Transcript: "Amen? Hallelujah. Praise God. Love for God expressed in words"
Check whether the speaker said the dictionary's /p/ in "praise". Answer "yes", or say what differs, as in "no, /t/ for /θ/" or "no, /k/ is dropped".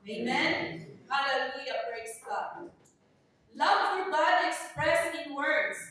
no, /b/ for /p/